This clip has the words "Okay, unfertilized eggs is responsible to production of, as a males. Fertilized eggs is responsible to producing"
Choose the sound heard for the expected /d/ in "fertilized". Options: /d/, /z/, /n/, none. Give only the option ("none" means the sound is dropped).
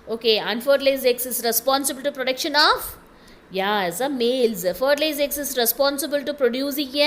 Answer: none